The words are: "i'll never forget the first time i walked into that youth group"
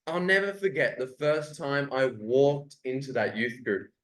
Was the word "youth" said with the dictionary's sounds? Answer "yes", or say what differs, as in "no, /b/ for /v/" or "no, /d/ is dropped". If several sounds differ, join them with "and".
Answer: yes